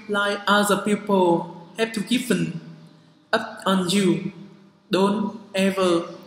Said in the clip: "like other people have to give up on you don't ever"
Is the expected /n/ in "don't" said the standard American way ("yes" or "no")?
yes